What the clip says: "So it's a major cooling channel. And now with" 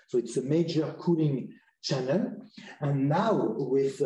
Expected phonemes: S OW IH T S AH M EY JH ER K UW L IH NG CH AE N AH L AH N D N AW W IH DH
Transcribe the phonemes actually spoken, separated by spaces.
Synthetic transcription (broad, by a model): S OW IH T S AH M EY JH ER K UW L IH NG CH AE N AH L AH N N AW W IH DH